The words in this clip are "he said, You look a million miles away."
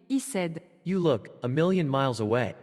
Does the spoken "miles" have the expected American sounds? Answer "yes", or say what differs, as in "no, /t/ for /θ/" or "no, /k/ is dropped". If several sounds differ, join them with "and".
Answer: yes